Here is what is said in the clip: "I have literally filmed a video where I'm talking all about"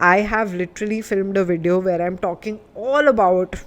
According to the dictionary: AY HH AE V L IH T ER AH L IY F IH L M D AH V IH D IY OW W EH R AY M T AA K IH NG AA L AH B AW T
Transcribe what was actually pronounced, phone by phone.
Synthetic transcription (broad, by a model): AY HH AE V L IH T ER AH L IY F IH L M D AH V IH D IY OW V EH R AY M T AA K IH NG AA L AH B AW T